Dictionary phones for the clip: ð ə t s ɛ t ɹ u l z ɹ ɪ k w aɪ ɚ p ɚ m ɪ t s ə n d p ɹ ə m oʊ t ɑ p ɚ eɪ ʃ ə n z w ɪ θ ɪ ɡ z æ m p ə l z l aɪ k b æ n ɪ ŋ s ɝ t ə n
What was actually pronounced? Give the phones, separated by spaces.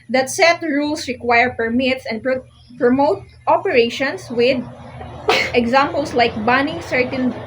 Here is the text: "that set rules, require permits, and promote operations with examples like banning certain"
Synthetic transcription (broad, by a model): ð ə t s ɛ t ɹ u l s ɹ ɪ k w aɪ ɚ p ɚ m ɪ t s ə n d p ɹ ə m oʊ t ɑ p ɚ eɪ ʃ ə n s w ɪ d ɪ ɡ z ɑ m p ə l s l aɪ k b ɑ n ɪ ŋ s ɝ t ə n